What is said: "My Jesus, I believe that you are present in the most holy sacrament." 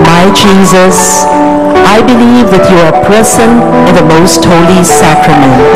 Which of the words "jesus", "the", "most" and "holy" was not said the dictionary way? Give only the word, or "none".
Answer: none